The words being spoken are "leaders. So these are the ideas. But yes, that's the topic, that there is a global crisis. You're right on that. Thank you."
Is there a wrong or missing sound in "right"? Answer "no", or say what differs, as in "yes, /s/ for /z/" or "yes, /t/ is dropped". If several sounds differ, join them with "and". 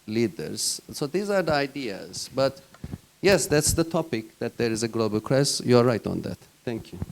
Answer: no